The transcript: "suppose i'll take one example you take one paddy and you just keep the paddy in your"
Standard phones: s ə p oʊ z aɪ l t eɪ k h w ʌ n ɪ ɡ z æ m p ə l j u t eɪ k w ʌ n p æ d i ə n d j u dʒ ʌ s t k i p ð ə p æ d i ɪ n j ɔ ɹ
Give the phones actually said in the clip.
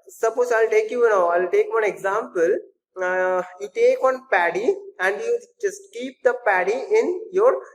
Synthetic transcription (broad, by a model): s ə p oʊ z aɪ l t eɪ k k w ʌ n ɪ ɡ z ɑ m p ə l j u t eɪ k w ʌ n p æ d i ə n d j u dʒ ʌ s t k i p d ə p æ d i ɪ n j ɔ ɹ